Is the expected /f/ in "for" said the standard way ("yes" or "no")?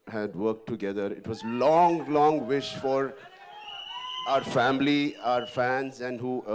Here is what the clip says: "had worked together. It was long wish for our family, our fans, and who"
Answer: yes